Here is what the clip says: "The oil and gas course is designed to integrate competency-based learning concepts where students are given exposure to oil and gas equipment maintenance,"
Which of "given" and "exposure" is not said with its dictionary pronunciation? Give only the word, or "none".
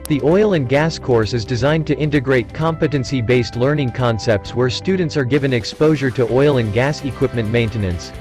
none